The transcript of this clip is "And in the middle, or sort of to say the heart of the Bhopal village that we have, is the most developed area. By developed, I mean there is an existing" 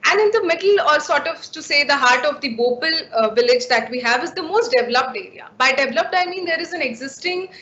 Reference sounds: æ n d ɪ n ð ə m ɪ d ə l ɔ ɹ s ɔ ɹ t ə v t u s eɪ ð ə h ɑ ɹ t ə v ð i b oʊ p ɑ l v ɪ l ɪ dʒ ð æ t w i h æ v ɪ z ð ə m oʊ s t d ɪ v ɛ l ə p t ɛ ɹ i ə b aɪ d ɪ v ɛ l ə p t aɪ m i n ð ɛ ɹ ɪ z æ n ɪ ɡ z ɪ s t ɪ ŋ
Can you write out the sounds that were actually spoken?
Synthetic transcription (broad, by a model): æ n d ɪ n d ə m ɪ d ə l ɔ ɹ s ɔ ɹ t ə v t u s eɪ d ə h ɑ ɹ t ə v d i b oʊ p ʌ l v ɪ l ɪ dʒ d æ t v i h æ v ɪ z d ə m oʊ s t d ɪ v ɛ l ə p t ɛ ɹ i ə b aɪ d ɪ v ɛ l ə p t aɪ m i n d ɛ ɹ ɪ z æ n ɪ ɡ z ɪ s t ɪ ŋ